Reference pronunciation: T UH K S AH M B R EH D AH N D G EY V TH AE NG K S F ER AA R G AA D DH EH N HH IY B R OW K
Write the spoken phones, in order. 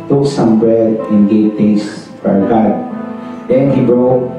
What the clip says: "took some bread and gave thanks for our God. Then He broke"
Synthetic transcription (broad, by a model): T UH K S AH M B R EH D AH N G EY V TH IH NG S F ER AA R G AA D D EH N HH IY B R OW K